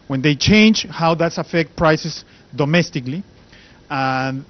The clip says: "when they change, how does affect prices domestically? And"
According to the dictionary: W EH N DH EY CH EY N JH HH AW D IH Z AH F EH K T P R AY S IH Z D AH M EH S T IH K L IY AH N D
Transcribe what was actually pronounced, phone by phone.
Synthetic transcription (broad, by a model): W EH N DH EY CH EY N JH HH AW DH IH S AH F EH K T P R AY S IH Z D AH M EH S T IH K L IY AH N